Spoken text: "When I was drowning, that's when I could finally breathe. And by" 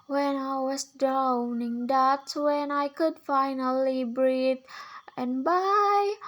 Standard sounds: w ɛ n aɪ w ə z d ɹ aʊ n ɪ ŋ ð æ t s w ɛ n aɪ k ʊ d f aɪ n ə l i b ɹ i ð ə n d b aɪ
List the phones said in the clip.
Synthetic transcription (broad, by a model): w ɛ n aɪ w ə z d ɹ aʊ n ɪ ŋ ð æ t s w ɛ n aɪ k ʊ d f aɪ n ə l i b ɹ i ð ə n b aɪ